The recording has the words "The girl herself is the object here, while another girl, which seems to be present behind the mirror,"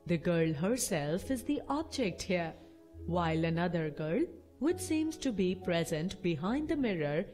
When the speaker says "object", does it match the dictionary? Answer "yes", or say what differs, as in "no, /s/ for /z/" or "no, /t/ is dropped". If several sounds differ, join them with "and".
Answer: yes